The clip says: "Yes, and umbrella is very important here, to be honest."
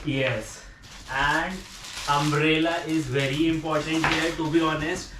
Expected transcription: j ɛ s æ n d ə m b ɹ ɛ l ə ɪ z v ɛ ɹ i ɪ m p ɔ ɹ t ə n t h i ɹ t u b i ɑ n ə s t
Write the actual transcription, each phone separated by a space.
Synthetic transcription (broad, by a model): j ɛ s æ n d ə m ɹ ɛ l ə ɪ z v ɛ ɹ i ɪ m p ɔ ɹ t ə n t h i ɹ t u b i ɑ n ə s t